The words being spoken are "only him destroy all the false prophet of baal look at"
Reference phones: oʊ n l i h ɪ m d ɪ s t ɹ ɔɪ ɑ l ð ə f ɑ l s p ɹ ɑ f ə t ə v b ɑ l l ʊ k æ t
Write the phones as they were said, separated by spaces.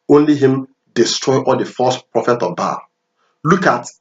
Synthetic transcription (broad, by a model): oʊ n l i h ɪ m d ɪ s t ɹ ɔɪ ɑ l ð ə f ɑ s p ɹ ɑ f ə t ə v b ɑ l l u k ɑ t